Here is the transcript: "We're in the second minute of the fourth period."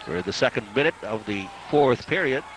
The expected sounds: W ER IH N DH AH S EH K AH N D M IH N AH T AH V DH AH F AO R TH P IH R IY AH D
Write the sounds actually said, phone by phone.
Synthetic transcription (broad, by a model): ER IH DH AH S EH K AH N D M IH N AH T AH V DH AH F AO R TH P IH R IY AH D